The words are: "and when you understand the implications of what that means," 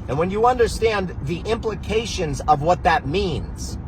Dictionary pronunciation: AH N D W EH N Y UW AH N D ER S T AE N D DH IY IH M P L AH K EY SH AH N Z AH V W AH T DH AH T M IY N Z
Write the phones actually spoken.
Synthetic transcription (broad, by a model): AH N W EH N Y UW AH N D ER S T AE N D DH IY IH M P L AH K EY SH AH N Z AH V W AH T DH AH T M IY N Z